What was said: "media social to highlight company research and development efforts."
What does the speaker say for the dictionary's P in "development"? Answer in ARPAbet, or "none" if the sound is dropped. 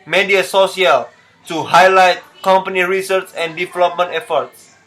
P